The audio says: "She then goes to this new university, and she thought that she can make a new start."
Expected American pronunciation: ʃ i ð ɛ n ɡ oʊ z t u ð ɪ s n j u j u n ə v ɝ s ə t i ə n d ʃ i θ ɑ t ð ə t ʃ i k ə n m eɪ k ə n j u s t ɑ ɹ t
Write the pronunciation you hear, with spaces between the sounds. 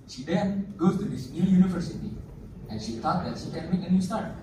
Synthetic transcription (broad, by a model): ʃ i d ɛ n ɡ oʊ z t u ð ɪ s n j u j u n ə v ɝ s ə t i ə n ʃ i t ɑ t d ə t ʃ i k ə n m eɪ k ə n j u s t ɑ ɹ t